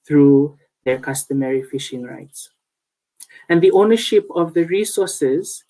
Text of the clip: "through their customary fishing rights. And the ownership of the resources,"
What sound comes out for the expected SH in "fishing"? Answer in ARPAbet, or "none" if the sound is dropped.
SH